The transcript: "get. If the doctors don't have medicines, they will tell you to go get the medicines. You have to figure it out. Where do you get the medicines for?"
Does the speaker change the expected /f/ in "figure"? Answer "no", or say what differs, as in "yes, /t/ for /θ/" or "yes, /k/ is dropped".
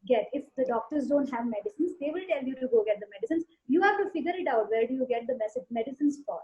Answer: no